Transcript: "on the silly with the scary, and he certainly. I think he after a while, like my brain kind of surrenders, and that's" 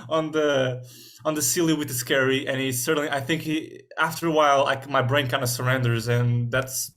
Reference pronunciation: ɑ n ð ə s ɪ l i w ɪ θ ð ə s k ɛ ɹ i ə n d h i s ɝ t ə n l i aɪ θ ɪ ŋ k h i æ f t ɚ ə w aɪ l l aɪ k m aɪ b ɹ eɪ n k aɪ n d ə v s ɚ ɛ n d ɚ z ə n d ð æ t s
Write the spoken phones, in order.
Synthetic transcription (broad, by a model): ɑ n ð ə s ɪ l i w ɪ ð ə s k ɛ ɹ i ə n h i s ɝ t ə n l i aɪ θ ɪ ŋ k h i æ f t ɚ ə w aɪ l l aɪ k m aɪ b ɹ eɪ n k aɪ n d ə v s ɚ ɛ n d ɚ z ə n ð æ t s